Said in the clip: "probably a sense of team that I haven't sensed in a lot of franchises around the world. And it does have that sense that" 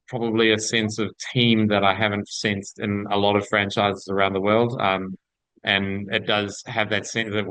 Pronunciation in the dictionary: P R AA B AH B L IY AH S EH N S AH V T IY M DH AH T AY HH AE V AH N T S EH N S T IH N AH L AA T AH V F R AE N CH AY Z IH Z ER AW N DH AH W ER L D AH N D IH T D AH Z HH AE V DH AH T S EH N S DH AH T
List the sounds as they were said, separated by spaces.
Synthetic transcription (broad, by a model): P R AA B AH B L IY AH S EH N S AH V T IY M DH AH T AY HH AE V AH N T S EH N S T IH N AH L AA T AH V F R AE N CH AY Z IH Z ER AW N DH AH W ER L D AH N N IH T D AH Z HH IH V DH AH T S EH N S DH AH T